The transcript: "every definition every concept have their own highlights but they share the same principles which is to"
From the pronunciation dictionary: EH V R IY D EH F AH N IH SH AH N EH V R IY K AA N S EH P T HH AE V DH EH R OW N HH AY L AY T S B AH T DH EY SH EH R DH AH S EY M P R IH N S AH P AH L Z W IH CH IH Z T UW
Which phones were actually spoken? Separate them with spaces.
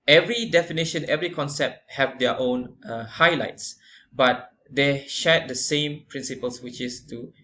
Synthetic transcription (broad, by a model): EH V R IY D EH F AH N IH SH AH N EH V R IY K AA N S EH P T HH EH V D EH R OW N HH AY L AY T S B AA T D EY SH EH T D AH S EY M P R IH N S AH P AH L S W IH CH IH S T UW